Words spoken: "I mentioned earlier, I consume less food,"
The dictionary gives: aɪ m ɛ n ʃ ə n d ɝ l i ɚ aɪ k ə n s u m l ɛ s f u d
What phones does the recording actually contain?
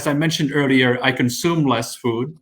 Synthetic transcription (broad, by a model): aɪ m ɛ n ʃ ə n d ɝ l i ɚ aɪ k ə n s u m l ɛ s f u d